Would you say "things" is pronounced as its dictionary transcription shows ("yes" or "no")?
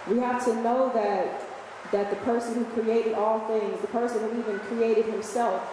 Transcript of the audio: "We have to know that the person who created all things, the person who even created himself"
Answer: yes